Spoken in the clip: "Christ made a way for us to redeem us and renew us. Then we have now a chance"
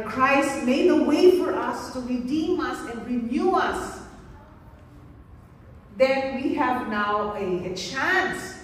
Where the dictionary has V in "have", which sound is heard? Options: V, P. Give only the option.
V